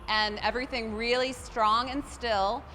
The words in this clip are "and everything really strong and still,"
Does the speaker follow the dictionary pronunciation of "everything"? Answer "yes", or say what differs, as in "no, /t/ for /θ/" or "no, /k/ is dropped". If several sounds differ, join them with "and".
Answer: yes